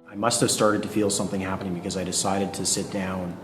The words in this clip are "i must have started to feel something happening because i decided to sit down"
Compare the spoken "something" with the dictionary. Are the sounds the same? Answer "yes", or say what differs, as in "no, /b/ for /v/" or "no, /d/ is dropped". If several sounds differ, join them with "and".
yes